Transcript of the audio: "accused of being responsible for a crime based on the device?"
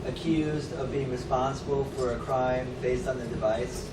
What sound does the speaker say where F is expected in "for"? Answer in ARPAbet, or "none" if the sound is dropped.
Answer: F